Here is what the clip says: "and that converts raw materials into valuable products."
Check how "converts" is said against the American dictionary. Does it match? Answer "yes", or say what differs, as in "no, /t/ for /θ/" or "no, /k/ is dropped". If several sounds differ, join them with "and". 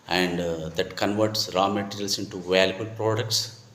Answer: yes